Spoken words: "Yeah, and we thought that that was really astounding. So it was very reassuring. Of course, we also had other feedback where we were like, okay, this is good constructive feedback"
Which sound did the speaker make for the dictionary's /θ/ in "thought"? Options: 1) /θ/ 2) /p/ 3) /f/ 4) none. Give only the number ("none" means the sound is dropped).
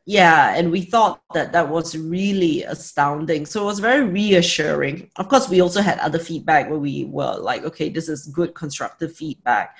1